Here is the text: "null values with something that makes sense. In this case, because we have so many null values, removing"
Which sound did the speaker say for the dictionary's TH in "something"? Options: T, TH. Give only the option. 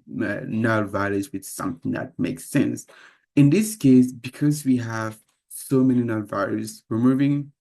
TH